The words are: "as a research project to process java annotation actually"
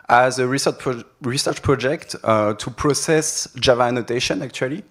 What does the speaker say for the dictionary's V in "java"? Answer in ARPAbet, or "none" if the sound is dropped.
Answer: V